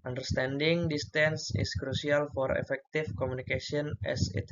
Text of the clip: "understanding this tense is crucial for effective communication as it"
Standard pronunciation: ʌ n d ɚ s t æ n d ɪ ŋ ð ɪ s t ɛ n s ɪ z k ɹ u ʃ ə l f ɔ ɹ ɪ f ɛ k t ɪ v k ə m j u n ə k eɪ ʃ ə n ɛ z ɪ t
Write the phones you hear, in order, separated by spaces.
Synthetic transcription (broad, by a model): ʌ n d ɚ s t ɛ n d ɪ ŋ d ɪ s t ɛ n s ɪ s k ɹ u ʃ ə l f ɔ ɹ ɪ f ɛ k t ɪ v k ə m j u n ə k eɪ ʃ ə n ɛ s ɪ t